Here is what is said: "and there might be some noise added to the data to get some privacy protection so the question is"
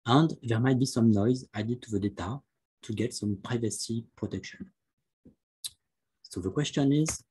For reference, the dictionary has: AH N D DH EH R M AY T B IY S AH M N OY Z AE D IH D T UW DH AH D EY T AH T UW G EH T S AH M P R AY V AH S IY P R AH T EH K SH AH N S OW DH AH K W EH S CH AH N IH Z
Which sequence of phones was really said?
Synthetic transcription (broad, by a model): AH N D DH EH R M AY T B IY S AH M N OY Z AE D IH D T UW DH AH D EY T AH T UW G EH T S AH M P R AY V AH S IY P R AH T EH K SH AH N S OW DH AH K W EH S CH AH N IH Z